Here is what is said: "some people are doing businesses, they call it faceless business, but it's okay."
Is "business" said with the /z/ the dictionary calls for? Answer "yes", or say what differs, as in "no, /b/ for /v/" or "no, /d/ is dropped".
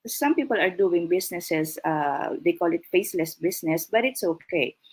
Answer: no, /s/ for /z/